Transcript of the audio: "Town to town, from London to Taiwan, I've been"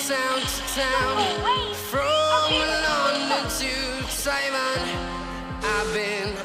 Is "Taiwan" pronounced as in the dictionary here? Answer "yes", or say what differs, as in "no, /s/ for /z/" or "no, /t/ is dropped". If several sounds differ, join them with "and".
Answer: no, /s/ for /t/